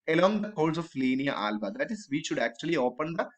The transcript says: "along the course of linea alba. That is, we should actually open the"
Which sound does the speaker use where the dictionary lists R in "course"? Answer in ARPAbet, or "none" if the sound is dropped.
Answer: L